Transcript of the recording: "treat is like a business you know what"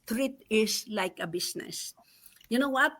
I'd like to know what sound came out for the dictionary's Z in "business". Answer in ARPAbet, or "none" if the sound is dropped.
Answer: S